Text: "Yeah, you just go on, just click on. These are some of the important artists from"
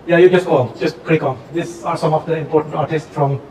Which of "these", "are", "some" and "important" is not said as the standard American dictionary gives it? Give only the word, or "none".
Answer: these